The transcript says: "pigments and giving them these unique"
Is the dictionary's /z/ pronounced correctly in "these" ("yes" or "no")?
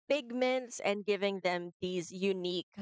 yes